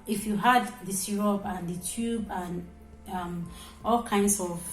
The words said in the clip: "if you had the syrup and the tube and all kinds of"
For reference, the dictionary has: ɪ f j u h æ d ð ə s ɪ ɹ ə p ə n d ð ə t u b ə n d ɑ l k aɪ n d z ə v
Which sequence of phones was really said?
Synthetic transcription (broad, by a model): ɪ f j u h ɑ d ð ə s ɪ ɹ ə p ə n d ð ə t u b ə n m ɑ l k aɪ n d s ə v